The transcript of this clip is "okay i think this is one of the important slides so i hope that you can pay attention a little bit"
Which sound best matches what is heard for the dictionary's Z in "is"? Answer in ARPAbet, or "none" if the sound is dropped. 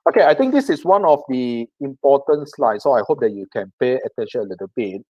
S